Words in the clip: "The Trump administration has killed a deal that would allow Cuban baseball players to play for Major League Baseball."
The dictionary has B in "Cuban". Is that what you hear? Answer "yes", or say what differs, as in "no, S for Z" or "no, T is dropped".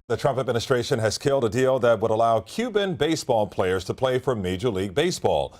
yes